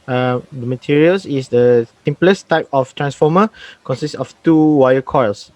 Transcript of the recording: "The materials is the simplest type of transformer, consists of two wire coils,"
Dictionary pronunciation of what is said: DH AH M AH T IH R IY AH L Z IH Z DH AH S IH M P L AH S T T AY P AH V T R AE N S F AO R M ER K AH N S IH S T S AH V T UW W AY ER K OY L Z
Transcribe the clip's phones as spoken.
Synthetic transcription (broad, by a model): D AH M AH T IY R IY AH L S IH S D AH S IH M P L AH S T T AY P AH F T R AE N S F AO M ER K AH N S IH S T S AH F T UW W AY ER K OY L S